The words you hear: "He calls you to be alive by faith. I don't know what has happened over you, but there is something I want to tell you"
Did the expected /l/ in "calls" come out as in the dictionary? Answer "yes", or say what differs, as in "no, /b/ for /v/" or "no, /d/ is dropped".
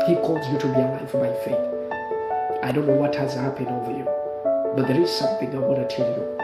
yes